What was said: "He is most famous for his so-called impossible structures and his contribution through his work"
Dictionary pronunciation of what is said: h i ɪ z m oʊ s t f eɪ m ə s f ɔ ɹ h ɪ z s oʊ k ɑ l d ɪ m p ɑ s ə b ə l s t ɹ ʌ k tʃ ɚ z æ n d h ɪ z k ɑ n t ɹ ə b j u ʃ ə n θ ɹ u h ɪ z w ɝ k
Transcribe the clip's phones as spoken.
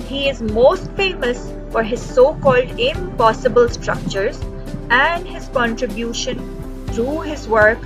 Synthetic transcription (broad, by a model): h i ɪ z m oʊ s t f eɪ m ə s f ɔ ɹ h ɪ z s oʊ k ɑ l d ɪ m p ɑ s ə b ə l s t ɹ ʌ k tʃ ɚ z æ n d h ɪ z k ɑ n t ɹ ə b j u ʃ ə n t ɹ u h ɪ z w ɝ k